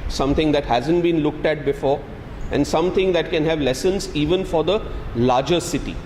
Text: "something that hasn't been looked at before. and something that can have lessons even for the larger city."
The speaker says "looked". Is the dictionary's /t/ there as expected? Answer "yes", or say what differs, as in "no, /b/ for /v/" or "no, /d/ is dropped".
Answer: yes